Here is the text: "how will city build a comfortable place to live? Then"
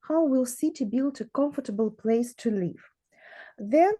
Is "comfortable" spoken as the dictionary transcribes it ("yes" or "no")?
yes